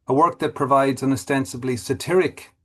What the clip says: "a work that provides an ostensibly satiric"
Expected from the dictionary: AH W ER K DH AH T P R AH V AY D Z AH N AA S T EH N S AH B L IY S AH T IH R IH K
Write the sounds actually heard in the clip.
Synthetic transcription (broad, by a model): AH W ER K DH AH T P R AH V AY D Z AH N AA S T EH N S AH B L IY S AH T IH R IH K